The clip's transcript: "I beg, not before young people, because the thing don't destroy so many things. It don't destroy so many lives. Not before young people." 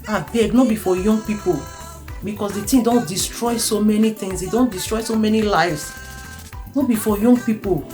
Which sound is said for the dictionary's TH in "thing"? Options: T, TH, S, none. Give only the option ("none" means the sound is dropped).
T